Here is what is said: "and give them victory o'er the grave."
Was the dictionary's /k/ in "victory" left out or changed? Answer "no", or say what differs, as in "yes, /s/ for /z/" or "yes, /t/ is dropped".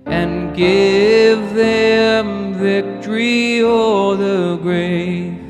no